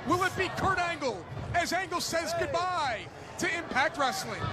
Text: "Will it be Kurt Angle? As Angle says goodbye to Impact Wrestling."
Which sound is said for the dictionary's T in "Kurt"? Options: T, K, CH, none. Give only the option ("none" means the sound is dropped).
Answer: T